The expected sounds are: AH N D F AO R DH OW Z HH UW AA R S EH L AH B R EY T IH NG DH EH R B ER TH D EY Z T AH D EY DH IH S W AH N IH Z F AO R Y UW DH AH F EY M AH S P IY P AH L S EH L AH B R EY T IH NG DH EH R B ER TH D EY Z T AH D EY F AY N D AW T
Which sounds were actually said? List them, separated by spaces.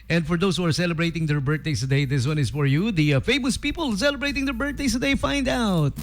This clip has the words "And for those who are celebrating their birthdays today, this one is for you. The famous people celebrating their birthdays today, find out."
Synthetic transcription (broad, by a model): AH N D F AO R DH OW S HH UW AA R S EH L AH B R EY T IH NG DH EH R B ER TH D EY S T AH D EY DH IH S W AH N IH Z F AO R Y UW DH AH F EY M AH S P IY P AH L S EH L AH B R EY T IH NG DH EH R B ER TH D EY S T AH D EY F AY N D AW T